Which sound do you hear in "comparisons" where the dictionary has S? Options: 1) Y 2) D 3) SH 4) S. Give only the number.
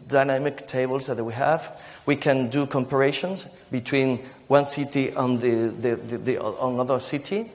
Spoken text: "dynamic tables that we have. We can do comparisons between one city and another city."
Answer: 3